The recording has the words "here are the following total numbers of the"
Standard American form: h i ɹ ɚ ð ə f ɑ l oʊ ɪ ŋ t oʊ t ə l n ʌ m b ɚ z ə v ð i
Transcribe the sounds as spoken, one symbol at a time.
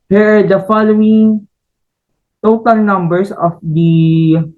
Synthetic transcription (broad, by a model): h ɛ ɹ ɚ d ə f ɑ l oʊ ɪ ŋ t oʊ t ə l n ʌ m b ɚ s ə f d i